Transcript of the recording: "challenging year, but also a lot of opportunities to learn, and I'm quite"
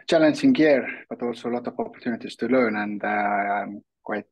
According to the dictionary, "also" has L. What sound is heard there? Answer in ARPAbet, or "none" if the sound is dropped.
L